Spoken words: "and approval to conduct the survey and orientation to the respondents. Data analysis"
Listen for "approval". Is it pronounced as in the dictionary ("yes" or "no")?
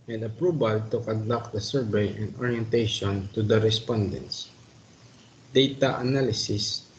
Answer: no